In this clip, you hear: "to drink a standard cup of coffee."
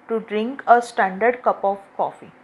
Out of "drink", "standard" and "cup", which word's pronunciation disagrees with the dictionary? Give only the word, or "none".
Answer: none